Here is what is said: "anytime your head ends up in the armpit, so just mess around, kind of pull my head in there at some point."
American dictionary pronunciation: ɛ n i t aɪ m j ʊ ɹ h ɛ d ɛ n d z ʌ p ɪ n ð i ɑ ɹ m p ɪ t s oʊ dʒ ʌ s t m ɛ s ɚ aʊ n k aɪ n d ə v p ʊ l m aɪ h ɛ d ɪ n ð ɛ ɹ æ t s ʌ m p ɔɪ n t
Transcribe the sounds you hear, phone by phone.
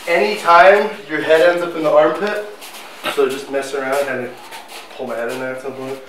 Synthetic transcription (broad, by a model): ɛ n i t aɪ m j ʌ ɹ h ɛ d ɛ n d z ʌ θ ɪ n ð i ɑ ɹ m p ɪ t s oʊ dʒ ʌ s t m ɛ s ɚ aʊ n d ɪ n ə p ʊ l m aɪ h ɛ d ɪ n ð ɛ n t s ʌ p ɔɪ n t